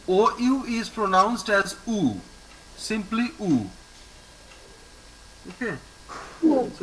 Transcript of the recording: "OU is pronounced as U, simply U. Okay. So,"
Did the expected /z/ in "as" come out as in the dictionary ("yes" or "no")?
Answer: yes